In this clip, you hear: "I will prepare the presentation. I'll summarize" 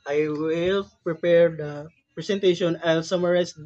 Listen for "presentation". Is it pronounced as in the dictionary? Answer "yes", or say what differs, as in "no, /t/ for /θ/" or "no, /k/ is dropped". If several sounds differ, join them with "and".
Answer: no, /s/ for /z/